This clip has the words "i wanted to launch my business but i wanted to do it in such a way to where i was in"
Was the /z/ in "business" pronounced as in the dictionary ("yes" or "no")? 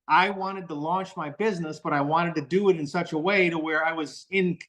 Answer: yes